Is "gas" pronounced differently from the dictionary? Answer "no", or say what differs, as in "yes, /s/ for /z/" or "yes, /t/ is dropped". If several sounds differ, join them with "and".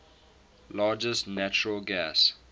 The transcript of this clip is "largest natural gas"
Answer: no